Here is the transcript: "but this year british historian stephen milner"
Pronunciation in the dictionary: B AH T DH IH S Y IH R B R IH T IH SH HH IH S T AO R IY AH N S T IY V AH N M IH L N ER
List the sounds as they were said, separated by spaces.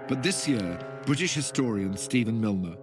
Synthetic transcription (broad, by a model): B AH T DH IH S Y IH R B R IH T IH SH HH IH S T AO R IY AH N S T IY V AH N M IH L N ER